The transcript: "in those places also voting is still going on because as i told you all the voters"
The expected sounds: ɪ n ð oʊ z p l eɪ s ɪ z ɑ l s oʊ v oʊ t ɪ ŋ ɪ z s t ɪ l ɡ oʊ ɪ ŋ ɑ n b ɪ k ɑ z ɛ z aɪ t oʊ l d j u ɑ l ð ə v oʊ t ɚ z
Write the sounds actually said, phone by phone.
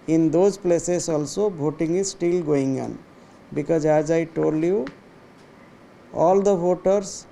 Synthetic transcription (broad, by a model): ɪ n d oʊ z p l eɪ s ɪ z ɑ l s oʊ b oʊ t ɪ ŋ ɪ s t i l ɡ oʊ ɪ ŋ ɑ n b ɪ k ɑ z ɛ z aɪ t oʊ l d j u ɑ l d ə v oʊ t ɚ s